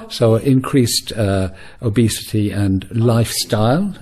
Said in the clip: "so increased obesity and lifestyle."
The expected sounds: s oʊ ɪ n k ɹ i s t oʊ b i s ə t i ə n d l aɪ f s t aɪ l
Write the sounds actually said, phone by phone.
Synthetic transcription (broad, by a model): s oʊ ɪ n k ɹ i s t oʊ b i s ə t i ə n l aɪ f s t aɪ l